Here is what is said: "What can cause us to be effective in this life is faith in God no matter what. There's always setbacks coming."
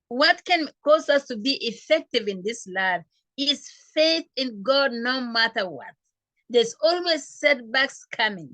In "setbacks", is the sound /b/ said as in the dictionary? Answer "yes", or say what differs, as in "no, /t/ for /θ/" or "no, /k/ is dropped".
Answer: yes